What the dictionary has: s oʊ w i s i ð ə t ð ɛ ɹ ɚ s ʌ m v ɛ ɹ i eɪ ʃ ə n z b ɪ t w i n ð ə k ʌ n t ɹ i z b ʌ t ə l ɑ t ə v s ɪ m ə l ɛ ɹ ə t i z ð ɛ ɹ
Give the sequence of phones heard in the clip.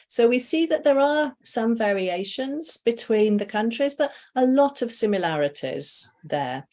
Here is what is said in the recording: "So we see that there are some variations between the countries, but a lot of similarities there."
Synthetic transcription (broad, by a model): s oʊ w i s i ð ə t ð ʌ ɹ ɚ s ʌ m v ɛ ɹ i eɪ ʃ ə n z b ɪ t w i n ð ə k ʌ n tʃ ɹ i z b ʌ t ə l ɑ t ə v s ɪ m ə l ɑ ɹ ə t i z ð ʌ